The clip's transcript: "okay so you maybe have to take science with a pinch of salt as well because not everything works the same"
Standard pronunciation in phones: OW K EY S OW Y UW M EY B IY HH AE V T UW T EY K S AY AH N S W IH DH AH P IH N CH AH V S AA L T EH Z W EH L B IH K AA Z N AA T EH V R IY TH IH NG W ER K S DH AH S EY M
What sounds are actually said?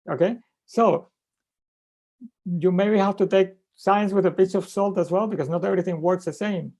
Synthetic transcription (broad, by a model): OW K EY S OW Y UW M EY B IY HH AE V T UW T EY K S AY AH N S W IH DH AH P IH CH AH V S AA L T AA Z W EH L B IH K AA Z N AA T EH V R IY TH IH NG W ER K S DH AH S EY M